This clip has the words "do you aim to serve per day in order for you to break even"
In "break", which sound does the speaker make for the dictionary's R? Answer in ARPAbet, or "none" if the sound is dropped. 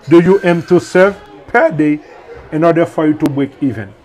W